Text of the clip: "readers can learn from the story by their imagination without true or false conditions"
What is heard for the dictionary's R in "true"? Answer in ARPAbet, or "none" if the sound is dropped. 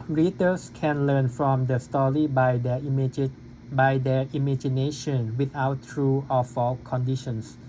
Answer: R